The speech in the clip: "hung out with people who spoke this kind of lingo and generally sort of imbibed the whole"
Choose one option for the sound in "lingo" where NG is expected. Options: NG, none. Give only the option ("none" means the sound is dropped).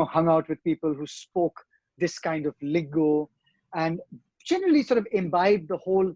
none